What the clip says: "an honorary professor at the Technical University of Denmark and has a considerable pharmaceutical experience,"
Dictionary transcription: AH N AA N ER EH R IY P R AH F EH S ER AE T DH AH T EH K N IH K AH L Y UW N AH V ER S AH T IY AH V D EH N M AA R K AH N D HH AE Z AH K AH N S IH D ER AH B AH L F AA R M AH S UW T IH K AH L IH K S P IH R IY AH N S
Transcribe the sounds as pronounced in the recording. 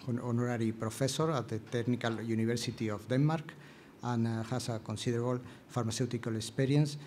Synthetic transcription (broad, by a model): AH N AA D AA R IY P R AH F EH S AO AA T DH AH T EH K N IH K AH L Y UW N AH B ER S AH T IY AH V D EH N M AA R K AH N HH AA S AH K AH N S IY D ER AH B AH L F AA R M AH S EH T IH K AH L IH K S P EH R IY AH N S